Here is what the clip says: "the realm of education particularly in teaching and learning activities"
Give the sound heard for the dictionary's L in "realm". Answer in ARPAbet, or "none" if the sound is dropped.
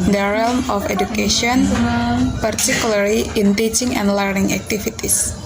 L